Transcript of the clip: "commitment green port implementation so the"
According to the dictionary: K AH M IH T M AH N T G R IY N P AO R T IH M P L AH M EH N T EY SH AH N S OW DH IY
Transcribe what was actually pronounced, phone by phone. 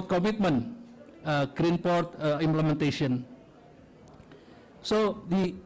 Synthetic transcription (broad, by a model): K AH M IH T M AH N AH G R IY N P AO R T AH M P L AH M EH N T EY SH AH N S OW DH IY